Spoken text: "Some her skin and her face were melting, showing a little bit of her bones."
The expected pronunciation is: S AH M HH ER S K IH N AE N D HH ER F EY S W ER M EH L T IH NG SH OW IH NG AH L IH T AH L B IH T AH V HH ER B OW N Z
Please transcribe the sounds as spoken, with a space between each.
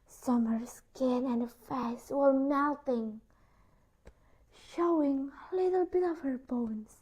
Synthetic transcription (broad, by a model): S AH M ER S K IH N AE N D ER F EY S W ER M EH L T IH NG SH OW IH NG AH L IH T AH L B IH T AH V HH ER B OW N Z